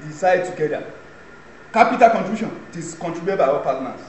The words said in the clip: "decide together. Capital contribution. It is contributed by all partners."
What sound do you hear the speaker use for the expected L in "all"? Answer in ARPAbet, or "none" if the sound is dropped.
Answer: W